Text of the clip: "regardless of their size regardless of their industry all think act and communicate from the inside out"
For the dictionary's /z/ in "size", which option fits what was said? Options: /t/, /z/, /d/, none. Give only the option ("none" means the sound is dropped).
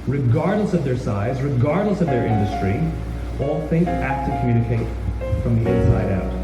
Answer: /z/